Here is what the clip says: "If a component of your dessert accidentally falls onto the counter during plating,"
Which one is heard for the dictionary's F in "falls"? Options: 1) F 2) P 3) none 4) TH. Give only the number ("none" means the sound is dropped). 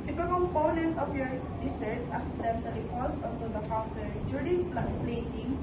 2